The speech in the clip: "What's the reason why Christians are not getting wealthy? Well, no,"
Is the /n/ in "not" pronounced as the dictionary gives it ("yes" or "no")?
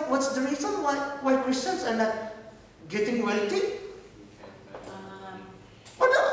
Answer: no